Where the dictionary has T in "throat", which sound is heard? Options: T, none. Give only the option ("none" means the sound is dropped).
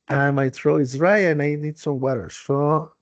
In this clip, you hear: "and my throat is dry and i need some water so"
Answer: none